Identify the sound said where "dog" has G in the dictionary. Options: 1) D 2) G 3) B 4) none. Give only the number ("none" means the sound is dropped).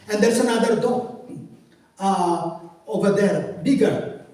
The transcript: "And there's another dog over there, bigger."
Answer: 4